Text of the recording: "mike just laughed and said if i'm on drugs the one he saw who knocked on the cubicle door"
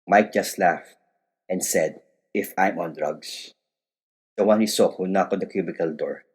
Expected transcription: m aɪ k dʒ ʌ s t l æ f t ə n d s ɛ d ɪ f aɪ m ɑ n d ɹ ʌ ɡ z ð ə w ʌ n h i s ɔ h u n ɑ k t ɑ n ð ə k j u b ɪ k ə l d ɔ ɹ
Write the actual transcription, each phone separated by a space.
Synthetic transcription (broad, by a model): m aɪ k dʒ ʌ s t l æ f t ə n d s ɛ d ɪ f aɪ m ɑ n d ɹ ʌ ɡ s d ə w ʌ n h i s ɔ h u n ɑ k ɑ n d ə k j u b ɪ k ə l d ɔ ɹ